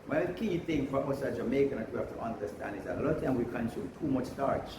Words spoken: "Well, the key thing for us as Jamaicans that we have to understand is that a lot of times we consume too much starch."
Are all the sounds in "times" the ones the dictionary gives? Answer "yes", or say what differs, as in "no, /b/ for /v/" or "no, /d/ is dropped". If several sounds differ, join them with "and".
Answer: no, /z/ is dropped